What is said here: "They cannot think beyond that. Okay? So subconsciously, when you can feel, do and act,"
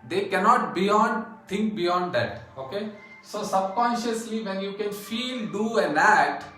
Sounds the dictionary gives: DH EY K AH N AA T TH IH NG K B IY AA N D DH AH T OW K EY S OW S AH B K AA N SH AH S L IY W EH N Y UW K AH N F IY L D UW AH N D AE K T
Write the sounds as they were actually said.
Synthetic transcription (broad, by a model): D EY K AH N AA T T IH NG K B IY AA N D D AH T OW K EY S OW S AH B K AA N SH AH S L IY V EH N Y UW K AH N F IY L D UW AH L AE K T